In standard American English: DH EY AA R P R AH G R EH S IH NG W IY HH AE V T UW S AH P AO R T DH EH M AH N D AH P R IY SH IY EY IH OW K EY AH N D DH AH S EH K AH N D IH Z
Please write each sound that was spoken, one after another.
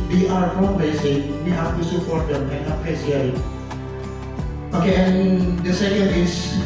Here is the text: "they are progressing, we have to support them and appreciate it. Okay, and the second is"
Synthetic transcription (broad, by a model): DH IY AA R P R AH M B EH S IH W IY HH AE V T UW S AH P AO R T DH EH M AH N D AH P EH S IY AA IH OW K EY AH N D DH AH S EH K AH N D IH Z